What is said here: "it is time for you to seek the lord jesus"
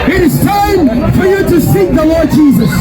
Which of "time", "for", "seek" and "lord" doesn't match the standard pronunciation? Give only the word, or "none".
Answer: none